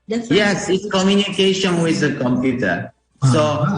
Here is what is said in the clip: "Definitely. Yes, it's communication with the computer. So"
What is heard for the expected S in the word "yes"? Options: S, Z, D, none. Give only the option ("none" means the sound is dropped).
S